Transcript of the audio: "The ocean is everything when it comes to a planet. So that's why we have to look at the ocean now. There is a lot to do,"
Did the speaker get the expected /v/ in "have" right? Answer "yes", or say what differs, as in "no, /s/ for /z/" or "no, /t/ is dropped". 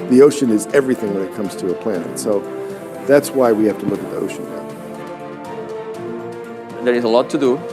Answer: no, /f/ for /v/